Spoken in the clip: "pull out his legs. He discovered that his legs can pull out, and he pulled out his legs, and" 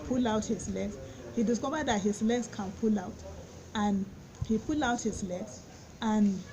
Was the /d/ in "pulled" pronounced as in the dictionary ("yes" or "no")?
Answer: no